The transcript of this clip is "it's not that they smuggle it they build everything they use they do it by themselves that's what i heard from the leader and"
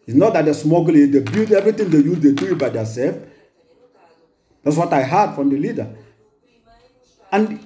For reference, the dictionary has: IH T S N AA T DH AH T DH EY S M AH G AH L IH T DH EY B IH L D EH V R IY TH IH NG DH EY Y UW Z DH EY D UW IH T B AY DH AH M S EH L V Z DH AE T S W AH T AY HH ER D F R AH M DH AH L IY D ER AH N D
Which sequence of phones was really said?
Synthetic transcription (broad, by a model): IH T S N AA T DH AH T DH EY S M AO G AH L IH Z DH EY B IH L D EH V R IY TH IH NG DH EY Y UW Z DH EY D UW IH T B AY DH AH S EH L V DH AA T S W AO T AY HH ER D F R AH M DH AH L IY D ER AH N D